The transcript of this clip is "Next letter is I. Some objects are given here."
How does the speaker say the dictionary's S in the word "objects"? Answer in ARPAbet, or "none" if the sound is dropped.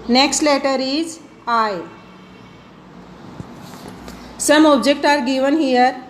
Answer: none